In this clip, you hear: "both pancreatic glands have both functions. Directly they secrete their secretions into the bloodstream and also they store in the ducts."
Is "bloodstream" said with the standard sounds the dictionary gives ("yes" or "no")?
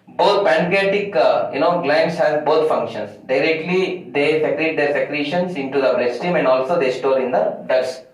no